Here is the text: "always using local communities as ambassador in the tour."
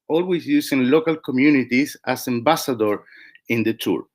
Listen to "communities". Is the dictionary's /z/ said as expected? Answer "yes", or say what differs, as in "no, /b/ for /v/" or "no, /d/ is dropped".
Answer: no, /s/ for /z/